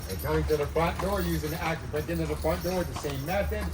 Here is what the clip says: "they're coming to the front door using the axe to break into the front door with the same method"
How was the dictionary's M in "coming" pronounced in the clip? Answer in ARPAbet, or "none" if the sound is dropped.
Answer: none